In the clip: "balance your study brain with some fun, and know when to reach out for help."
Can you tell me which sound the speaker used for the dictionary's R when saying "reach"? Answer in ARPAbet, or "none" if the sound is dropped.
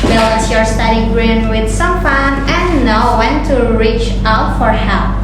R